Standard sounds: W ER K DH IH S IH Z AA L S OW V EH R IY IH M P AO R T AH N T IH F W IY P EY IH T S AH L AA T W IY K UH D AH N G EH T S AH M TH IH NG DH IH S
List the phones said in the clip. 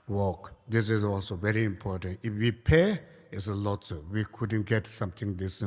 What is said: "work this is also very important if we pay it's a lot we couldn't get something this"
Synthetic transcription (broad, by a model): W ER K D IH S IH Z AA L S OW V EH R IY IH M P AO R T AH N T IH F W IY P EY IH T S AH L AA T W IY K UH D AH N G EH T S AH M T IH NG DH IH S